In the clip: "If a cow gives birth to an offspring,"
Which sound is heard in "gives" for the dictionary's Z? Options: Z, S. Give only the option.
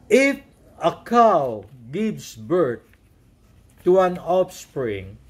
S